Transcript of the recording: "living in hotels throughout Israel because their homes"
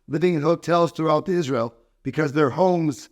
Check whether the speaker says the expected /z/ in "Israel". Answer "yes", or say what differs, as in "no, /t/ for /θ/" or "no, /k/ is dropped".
yes